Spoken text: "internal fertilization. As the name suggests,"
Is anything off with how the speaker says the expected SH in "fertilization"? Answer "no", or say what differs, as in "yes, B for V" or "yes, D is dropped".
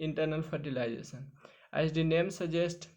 yes, S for SH